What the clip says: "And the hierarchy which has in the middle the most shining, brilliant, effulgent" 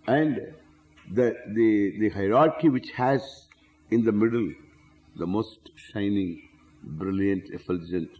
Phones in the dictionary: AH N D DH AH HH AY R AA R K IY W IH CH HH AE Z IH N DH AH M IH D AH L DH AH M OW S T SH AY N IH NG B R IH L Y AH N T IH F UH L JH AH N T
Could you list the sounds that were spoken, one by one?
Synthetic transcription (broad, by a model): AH N D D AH HH AY R AA R K IY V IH CH HH AE Z IH N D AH M IH D AH L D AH M OW S T SH AY N IH NG B R IH L Y AH N T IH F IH L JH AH N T